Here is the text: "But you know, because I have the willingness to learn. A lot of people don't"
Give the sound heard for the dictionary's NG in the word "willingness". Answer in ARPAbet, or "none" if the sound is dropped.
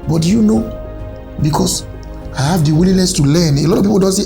none